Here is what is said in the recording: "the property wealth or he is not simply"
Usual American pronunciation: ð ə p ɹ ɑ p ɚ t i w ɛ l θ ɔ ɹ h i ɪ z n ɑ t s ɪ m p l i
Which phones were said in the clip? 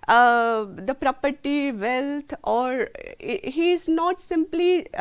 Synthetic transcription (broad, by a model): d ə p ɹ ɑ p ɚ t i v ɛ l t ɔ ɹ h i ɪ z n ɑ t s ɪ m p l i